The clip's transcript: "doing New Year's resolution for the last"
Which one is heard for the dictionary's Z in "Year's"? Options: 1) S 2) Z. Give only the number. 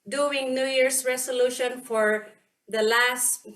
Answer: 1